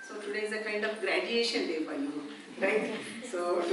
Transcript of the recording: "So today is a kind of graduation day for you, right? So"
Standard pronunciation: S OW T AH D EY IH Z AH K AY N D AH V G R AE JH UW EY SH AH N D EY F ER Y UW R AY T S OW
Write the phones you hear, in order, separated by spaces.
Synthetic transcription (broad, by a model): S OW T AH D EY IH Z AH K AY N D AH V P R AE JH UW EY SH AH N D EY P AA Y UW R AY T S OW